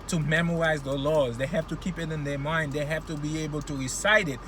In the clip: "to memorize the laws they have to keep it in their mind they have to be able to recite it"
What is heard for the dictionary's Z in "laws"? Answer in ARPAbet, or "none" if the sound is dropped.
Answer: Z